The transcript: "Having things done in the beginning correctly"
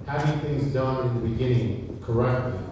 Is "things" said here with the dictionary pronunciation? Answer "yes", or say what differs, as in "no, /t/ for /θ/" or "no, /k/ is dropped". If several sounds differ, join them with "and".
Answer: yes